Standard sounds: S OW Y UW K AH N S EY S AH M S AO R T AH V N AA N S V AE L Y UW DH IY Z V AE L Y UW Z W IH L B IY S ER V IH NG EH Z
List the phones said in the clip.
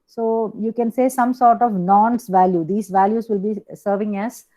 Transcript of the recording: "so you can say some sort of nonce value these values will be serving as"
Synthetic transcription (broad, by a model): S OW Y UW K AH N S EY S AH M S AO R T AH V N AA N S V AE L Y UW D IY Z V AE L Y UW Z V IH L B IY S ER V IH NG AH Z